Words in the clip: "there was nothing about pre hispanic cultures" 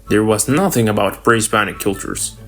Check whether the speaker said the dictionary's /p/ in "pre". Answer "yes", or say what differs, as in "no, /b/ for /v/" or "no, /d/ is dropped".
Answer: no, /b/ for /p/